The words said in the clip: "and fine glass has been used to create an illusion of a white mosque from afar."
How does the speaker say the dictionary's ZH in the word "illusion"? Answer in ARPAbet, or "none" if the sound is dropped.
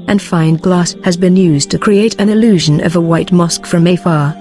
ZH